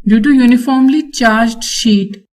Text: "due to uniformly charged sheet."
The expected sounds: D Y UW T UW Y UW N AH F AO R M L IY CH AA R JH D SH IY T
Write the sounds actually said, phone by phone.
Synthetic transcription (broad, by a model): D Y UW T UW Y UW N AH F AO R M L IY CH AA R JH D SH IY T